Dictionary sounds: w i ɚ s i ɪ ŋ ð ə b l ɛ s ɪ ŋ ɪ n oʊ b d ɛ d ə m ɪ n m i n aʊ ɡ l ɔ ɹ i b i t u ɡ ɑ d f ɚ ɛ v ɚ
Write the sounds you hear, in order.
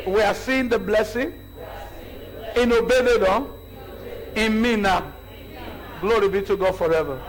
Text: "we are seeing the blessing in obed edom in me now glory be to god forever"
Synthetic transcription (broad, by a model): w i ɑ s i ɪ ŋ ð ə b l ɛ s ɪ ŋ ɪ n oʊ b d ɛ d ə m ɪ n m i n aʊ ɡ l ɔ ɹ i b i t u ɡ ɑ d f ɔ ɛ v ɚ